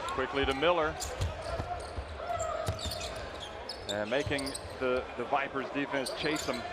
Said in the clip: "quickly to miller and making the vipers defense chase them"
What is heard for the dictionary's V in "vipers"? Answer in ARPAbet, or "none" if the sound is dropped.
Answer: V